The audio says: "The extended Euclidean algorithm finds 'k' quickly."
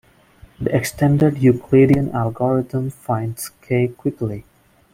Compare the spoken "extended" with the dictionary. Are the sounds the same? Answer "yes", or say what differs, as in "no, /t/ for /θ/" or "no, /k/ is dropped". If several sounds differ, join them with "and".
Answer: yes